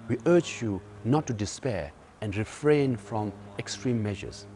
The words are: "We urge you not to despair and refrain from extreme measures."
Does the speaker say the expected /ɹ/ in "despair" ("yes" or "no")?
yes